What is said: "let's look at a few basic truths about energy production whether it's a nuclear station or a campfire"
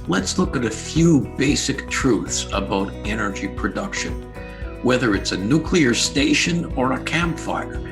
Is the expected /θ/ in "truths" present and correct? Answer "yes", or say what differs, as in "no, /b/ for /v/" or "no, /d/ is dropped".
yes